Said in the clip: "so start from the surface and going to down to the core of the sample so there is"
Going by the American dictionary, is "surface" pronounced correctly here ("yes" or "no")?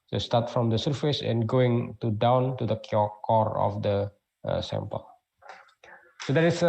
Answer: yes